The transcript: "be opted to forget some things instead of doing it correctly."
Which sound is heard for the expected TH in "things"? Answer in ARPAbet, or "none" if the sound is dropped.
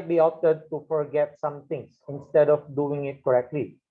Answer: T